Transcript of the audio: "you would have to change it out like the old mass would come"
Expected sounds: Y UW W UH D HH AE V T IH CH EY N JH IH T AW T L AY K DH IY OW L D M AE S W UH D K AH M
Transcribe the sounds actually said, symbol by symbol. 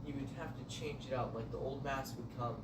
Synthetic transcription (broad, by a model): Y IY W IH D HH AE F T IH CH EY N JH IH T AW T L AY K DH IY OW L D M AE S W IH D K AH M